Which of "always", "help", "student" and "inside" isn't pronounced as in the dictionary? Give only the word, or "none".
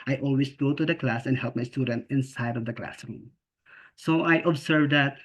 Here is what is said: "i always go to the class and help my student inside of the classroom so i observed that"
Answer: always